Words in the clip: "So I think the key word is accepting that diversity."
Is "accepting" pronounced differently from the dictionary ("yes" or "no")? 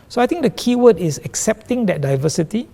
no